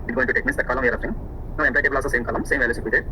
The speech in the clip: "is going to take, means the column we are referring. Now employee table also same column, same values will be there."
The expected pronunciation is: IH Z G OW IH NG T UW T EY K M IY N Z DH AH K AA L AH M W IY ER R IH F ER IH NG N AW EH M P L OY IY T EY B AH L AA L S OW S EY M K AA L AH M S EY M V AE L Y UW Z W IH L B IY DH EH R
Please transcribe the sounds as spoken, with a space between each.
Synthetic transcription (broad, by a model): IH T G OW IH T UW T EY K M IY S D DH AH K AA L AH M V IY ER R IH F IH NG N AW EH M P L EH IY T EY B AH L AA S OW S EY M K AA L AH M S EY M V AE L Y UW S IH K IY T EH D